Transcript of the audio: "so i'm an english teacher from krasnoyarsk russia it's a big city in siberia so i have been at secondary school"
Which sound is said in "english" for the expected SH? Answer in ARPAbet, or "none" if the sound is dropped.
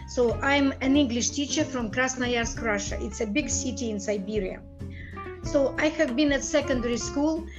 SH